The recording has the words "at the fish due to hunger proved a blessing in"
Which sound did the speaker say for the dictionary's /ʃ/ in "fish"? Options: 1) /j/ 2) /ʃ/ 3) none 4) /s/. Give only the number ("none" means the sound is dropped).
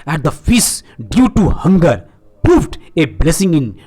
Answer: 4